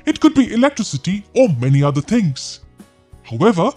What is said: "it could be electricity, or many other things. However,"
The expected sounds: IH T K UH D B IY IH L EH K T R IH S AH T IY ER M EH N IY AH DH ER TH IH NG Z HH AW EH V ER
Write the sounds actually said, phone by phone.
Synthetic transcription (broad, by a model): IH T K UH D B IY IH L EH K T R IH S AH T IY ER M EH N IY AH DH ER TH IH NG Z HH AW EH V ER